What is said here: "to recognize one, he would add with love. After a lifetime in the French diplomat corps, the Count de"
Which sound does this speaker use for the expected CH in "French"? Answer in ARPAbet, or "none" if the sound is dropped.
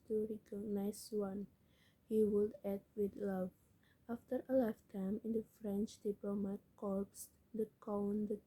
CH